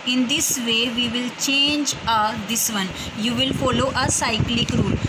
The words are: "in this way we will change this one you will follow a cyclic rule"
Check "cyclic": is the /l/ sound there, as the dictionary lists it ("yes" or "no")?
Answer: yes